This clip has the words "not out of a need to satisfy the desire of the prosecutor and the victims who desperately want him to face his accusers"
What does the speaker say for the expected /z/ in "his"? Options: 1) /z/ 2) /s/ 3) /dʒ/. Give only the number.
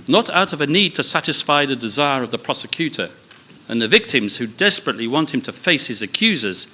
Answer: 1